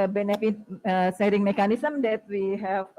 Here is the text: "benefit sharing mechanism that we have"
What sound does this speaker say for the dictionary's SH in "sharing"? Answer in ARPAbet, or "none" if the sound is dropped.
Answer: S